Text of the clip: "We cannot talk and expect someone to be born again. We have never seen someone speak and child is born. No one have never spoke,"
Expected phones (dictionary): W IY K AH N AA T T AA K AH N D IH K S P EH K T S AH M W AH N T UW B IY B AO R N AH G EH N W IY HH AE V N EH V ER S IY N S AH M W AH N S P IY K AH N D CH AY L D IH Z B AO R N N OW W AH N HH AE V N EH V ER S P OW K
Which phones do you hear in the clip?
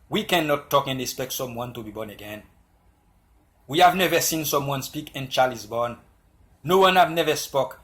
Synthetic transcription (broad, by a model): W IY K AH N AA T T AA K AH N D IH K S P EH K T S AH M W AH N T UW B IY B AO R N AH G EH N W IY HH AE V N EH V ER S IY N S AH M W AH N S P IY K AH N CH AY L IH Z B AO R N N OW W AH N HH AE V N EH V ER S P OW K